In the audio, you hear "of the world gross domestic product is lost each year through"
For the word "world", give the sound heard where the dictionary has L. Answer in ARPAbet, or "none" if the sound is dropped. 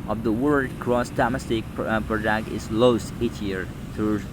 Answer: none